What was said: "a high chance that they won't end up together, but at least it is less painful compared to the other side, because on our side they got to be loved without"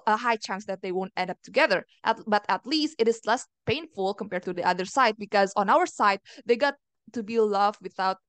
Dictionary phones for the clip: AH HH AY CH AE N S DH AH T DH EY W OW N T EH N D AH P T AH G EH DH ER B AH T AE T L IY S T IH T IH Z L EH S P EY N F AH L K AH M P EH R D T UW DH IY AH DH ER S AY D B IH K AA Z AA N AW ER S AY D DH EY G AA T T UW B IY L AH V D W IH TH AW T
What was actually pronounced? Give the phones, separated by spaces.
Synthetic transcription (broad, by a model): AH HH AY CH AE N S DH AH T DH EY W OW N T EH N D AH P T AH G EH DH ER B AH T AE T L IY S T IH T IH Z L EH S P EY N F AH L K AH M P EH R D T UW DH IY AH DH ER S AY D B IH K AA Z AA N AW ER S AY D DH EY G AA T T UW B IY L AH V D W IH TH AW T